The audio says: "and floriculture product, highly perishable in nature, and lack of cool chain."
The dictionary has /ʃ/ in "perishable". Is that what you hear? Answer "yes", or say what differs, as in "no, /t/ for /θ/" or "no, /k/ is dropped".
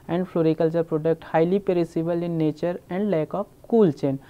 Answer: no, /s/ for /ʃ/